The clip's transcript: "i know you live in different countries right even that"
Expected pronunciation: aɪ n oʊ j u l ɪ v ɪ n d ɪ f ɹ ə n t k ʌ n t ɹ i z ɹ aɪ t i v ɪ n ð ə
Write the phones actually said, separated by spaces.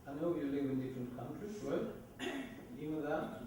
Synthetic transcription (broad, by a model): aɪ n oʊ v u l ɪ v ɪ n d ɪ f ɹ ə n t k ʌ n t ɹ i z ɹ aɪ i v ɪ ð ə